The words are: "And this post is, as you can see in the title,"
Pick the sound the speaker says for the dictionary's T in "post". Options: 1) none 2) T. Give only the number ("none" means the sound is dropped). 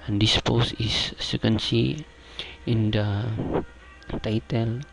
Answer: 1